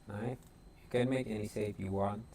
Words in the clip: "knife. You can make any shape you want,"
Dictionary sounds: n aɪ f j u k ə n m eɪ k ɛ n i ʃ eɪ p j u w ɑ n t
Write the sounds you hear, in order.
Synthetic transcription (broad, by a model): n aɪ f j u k ə n m eɪ k ɛ n i s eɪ f j u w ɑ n